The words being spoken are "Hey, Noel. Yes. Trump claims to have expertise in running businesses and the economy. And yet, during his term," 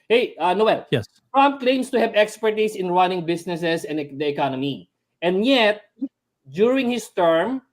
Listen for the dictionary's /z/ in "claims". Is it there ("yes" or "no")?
no